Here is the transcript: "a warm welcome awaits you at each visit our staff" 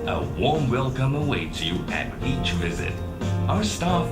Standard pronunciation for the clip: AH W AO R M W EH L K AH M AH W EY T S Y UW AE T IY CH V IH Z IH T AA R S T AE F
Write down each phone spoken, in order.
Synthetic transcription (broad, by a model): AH W AO R M W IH L K AH M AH W EY T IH Y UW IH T IY CH V IH Z IH T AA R S T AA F